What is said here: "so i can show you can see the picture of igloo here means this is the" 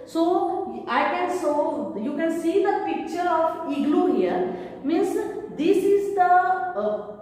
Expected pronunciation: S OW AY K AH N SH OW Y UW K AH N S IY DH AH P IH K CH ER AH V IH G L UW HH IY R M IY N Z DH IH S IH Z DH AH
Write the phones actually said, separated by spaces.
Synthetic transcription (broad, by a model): S OW AY K AH N S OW Y UW K AH N S IY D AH P IH K CH ER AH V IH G L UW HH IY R M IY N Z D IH S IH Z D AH